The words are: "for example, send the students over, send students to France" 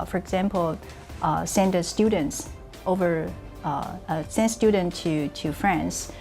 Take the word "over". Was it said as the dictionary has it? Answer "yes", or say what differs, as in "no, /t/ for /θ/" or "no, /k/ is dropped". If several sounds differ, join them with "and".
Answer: yes